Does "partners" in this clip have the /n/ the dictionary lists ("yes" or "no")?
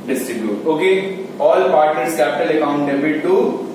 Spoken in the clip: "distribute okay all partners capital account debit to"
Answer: no